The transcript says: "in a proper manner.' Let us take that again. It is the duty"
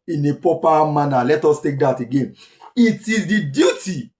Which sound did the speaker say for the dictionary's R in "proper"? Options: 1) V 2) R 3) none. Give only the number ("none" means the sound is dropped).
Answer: 3